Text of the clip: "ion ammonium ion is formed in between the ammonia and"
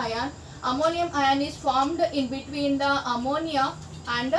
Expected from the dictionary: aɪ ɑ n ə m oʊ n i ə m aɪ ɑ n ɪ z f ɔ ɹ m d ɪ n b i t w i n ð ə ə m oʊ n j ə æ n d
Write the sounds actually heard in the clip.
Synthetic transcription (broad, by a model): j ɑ n ə m oʊ n i ə m aɪ ɑ n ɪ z f ɔ ɹ m d ɪ n b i t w i n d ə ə m oʊ n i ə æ n d